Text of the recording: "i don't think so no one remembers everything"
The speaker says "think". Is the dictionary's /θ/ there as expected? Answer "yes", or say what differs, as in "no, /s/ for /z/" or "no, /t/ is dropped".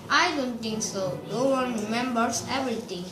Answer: no, /t/ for /θ/